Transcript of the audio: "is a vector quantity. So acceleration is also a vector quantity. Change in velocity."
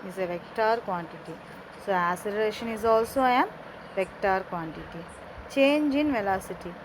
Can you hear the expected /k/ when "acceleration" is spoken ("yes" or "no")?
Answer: no